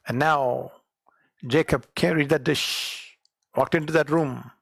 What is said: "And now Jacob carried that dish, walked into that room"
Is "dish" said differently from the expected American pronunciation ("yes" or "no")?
no